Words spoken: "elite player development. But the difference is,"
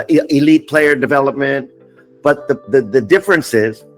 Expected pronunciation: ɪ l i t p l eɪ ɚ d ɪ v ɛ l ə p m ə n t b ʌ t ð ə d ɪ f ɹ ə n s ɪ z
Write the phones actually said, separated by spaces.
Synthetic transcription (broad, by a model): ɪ l i t p l eɪ ɚ d ɪ v ɛ l ə p m ə n t b ʌ t ð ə d ɪ f ɹ ə n s ɪ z